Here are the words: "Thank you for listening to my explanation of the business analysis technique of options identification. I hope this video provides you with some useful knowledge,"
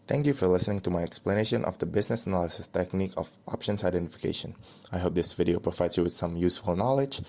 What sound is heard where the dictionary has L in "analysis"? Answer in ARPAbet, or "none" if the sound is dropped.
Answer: L